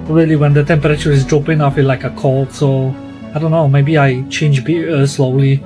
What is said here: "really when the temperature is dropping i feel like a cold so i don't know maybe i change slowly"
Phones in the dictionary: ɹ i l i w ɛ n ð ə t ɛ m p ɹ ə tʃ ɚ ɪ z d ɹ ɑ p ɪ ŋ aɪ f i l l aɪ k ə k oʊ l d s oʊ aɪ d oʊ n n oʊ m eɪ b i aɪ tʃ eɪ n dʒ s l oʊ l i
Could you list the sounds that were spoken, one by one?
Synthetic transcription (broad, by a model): ɹ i l i w ɛ n ð ə t ɛ m p ɹ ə tʃ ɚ ɪ z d ɹ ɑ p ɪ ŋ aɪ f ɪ n l aɪ k ə k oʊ l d s oʊ aɪ d oʊ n n oʊ m eɪ b i aɪ tʃ eɪ n dʒ s l oʊ l i